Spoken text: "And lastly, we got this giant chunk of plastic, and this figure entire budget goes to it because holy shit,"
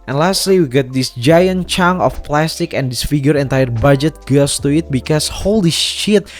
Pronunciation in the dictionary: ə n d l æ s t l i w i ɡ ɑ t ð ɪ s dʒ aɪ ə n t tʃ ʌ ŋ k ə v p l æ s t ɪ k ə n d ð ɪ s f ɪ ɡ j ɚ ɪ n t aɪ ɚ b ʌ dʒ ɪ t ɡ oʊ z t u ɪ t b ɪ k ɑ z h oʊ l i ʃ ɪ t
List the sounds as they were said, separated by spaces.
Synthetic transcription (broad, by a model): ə n l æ s t l i w i ɡ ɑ t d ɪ s dʒ aɪ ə n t tʃ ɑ ŋ ə f p l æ s t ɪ k ə n d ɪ s f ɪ ɡ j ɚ ɪ n t aɪ ɚ b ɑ dʒ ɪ t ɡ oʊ s t u ɪ t b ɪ k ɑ s h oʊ l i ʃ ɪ t